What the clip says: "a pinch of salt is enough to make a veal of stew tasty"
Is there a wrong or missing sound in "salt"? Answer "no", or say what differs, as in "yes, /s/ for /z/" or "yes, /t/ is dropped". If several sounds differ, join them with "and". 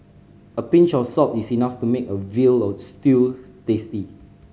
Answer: yes, /l/ is dropped